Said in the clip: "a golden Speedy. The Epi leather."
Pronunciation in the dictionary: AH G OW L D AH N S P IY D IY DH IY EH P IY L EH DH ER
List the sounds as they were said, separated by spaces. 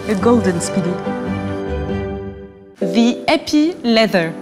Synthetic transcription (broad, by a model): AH G OW L D AH N S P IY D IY DH IY EH P IY L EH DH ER